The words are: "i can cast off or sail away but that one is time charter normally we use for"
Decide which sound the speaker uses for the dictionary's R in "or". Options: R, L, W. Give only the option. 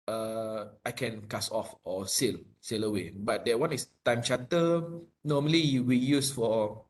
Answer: L